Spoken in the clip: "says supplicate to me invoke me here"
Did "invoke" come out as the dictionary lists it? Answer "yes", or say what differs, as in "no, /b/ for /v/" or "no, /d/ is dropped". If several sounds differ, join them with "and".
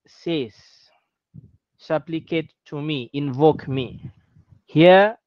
yes